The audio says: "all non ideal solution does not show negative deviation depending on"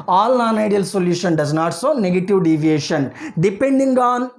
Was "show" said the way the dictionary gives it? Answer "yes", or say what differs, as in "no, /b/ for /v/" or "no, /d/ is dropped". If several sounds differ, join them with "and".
no, /s/ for /ʃ/